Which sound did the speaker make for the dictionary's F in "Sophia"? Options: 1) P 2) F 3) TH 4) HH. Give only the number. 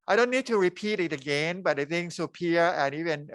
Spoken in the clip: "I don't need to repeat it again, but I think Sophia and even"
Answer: 1